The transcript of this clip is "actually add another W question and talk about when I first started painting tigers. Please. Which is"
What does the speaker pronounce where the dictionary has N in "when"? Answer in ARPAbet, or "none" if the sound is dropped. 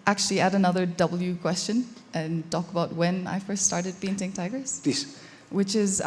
N